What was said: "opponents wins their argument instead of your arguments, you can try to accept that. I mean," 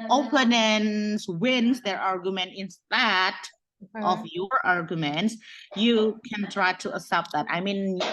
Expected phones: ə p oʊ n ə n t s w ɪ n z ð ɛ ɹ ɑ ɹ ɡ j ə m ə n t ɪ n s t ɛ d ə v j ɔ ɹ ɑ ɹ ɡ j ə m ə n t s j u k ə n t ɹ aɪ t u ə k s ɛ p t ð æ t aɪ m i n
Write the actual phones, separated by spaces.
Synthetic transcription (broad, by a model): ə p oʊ n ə n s w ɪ n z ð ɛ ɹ ɑ ɹ ɡ j ə m ə n t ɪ n s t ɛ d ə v j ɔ ɹ ɑ ɹ ɡ j ə m ə n t s j u k ə n t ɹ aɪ t u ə s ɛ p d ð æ t aɪ m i n